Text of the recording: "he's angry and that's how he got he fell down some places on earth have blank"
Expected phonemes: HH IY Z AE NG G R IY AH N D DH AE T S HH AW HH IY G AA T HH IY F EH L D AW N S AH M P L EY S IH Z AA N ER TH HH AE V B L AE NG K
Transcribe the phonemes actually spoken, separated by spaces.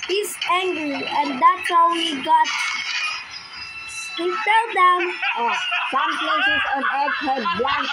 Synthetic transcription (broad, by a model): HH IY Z AE NG G R IY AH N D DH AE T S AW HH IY G AA T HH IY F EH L D AW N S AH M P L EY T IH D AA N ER T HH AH B L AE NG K